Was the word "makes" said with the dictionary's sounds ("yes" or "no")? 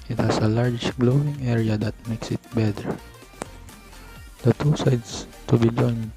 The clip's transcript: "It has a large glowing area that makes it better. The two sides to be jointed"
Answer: yes